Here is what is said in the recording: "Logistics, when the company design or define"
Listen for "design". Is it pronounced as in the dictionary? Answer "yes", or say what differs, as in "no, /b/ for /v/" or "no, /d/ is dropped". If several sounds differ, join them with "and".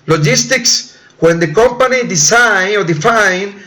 no, /s/ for /z/